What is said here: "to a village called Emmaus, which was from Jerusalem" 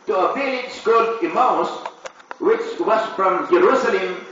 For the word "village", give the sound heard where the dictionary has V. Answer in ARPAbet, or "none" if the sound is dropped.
P